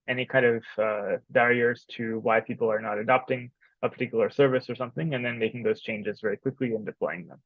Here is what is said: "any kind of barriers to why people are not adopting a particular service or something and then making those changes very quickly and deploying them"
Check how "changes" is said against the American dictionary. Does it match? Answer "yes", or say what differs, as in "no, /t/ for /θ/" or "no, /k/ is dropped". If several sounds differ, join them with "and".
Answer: yes